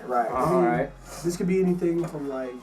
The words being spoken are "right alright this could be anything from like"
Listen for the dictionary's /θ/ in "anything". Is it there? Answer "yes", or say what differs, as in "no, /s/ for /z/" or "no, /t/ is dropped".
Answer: yes